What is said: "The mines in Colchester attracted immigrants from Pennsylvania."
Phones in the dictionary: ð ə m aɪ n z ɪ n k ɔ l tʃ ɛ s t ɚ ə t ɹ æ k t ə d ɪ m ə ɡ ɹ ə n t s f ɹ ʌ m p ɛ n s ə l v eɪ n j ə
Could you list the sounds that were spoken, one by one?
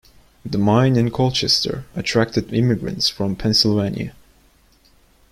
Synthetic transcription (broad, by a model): ð ə m aɪ n ɪ n k ɔ l tʃ ɛ s t ɚ ə t ɹ æ k t ə d ɪ m ə ɡ ɹ ə n t s f ɹ ʌ m p ɛ n s ə l v eɪ n j ə